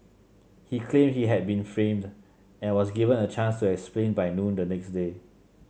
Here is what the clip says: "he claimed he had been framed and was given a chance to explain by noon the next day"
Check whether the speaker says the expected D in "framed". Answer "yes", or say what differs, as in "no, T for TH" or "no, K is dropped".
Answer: yes